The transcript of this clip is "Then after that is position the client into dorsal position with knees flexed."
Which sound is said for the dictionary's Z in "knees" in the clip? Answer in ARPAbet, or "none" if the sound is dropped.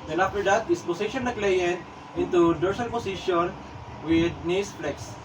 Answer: S